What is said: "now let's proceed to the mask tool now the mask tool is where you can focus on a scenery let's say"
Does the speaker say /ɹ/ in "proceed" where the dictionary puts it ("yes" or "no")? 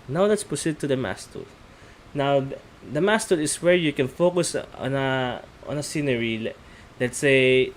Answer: no